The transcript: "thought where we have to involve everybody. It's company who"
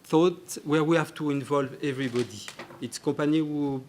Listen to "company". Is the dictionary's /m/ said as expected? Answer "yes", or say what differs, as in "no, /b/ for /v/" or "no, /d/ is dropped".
no, /m/ is dropped